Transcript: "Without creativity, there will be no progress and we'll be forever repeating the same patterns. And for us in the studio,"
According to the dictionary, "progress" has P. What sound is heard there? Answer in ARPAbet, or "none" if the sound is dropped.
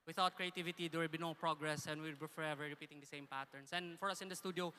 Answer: P